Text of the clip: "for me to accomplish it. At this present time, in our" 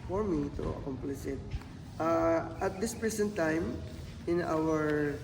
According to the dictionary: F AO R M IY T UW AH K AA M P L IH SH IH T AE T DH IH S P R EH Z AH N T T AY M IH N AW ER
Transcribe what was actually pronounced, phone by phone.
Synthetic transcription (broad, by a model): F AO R M IY T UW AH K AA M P L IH S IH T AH T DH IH S P R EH S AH N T T AY M IH N AW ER